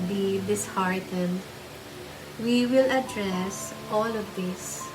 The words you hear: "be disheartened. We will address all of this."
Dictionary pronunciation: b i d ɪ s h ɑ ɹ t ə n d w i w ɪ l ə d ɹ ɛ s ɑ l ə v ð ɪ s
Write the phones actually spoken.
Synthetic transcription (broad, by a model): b i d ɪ s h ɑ ɹ t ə d w i w ɪ l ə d ɹ ɛ s ɑ l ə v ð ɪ s